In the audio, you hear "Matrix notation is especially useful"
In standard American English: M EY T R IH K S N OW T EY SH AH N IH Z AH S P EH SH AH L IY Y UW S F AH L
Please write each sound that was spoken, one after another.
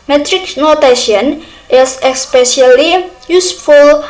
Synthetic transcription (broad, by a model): M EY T R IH K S N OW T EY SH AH N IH S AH S P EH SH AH L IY Y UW S F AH L